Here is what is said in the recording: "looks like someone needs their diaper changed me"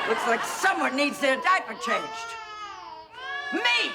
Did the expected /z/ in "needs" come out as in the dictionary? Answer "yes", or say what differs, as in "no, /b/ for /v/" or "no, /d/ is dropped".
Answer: yes